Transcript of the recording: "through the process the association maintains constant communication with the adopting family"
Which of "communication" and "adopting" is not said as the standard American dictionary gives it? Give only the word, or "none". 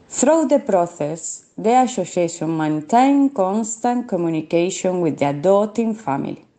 adopting